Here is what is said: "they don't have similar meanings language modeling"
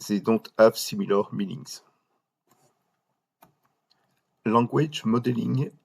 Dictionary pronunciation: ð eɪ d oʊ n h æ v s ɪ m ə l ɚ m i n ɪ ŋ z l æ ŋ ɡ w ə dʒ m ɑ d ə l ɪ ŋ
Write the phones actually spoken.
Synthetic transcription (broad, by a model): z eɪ d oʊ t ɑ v s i m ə l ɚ m i n ɪ ŋ z l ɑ ɡ w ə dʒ m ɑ d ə l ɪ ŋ